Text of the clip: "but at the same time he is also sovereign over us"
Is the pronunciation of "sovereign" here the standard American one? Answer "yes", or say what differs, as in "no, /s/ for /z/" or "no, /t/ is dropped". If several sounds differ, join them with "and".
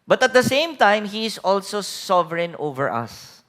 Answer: yes